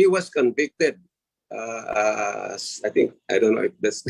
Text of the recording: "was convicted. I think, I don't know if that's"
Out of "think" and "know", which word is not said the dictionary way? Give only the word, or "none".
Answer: think